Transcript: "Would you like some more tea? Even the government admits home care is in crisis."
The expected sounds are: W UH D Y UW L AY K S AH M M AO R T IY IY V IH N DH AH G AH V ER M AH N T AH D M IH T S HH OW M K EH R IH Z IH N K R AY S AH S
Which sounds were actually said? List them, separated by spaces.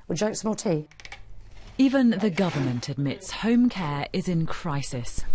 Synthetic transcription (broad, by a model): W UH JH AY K S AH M M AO L T IY IY V IH N DH AH G AH V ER M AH N T AH D M IH T S HH OW M K EH R IH Z IH N K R AY S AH S